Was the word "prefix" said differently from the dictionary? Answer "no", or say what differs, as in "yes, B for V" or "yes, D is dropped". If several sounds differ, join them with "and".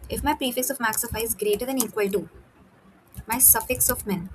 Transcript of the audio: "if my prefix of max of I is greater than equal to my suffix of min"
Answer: no